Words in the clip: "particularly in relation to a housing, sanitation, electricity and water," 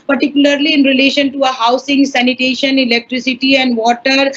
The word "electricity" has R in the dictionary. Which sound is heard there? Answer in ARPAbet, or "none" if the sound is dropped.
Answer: R